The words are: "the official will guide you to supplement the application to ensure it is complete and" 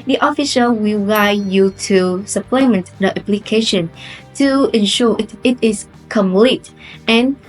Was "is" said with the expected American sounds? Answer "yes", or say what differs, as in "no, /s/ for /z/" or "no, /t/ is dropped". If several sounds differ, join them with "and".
no, /s/ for /z/